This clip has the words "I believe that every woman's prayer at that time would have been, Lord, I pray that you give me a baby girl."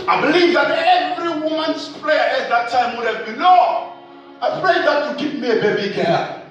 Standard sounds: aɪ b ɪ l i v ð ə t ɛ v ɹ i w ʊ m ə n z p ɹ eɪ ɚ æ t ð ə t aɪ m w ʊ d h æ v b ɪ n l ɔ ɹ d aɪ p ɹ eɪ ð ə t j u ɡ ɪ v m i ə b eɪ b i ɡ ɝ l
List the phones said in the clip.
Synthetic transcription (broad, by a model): aɪ b ɪ l i v ð ə t ɛ v ɹ i w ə n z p l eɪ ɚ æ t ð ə t aɪ m w ʊ d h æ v b ɪ n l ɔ aɪ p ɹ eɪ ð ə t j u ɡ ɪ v m i ə b eɪ b i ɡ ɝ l